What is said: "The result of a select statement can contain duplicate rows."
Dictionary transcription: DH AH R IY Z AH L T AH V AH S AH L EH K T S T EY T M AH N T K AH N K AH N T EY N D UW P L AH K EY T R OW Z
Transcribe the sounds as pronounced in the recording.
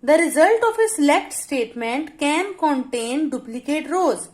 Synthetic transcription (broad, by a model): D AH R IY Z AH L T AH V AH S L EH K T S T EY T M AH N T K AH N K AH N T EY N D UW P L AH K EY T R OW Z